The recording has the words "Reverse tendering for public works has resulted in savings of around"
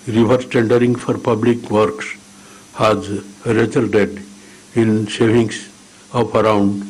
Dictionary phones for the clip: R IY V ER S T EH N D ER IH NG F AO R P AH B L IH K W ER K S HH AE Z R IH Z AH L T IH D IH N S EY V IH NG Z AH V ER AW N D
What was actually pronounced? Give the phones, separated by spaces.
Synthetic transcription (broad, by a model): R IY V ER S T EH N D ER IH NG F AO R P AH B L IH K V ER K S HH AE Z R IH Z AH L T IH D IH N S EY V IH NG S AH P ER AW N D